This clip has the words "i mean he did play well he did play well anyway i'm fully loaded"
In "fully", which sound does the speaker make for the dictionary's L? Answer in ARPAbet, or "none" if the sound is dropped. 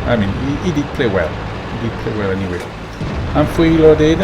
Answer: none